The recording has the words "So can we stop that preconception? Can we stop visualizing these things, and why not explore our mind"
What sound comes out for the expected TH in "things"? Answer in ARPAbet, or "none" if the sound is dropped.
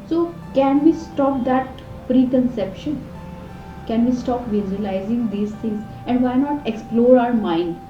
T